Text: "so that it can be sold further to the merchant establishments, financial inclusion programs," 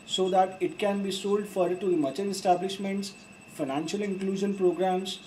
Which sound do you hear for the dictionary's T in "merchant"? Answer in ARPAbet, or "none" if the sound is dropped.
none